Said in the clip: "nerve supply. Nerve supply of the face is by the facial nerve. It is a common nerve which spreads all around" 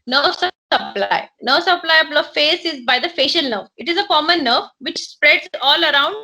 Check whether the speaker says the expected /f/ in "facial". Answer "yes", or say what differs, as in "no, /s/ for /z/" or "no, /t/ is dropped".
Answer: yes